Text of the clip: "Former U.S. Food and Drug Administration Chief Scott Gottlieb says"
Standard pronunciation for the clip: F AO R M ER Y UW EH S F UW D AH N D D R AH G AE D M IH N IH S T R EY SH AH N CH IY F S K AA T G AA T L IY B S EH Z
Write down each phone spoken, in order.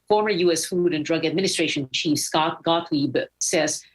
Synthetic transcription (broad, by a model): F AO R M ER Y UW EH S F UW D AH N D D R AH G AE D M IH N IH S T R EY SH AH N CH IY F S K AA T G AA T L IY B S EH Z